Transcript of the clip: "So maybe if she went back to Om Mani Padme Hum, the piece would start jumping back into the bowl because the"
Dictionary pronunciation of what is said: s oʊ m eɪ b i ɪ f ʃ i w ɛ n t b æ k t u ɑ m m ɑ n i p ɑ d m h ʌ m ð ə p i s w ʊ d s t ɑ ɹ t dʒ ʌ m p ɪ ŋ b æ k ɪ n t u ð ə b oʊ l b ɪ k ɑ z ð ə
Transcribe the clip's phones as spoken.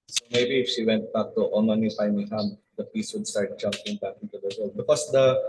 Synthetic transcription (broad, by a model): s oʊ m eɪ b i ɪ f ʃ i w ɛ n t b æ k t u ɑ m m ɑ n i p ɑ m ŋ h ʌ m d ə p i s w ʊ d s t ɑ ɹ t dʒ ʌ m p ɪ ŋ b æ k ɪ t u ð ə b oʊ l b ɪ k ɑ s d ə